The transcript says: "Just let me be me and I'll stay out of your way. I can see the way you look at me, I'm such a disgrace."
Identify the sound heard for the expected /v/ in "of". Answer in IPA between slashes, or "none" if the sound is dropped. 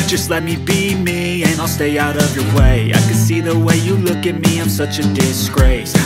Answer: /v/